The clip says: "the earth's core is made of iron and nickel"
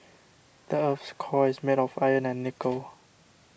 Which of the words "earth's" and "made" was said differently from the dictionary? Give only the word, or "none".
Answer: earth's